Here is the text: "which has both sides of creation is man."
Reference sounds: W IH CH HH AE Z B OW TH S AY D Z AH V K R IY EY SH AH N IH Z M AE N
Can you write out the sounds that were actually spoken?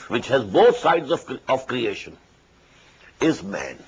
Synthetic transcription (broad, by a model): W IH CH HH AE Z B OW T S AY D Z AH V K R IY EY SH AH N IH Z M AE N